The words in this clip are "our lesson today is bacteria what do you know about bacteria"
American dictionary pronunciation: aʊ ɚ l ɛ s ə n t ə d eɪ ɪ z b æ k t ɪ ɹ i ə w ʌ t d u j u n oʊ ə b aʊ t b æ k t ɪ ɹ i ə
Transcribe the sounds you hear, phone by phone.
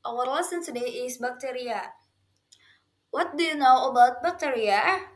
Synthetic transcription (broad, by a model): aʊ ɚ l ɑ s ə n s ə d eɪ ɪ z b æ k t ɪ ɹ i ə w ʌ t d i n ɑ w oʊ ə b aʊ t b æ k t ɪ ɹ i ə